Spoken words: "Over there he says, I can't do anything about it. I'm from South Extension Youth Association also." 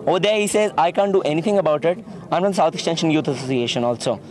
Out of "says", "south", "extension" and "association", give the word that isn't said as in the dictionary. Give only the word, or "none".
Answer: south